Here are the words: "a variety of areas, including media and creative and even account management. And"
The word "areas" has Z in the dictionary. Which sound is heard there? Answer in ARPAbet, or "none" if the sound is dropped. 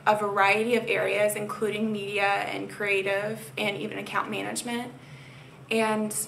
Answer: Z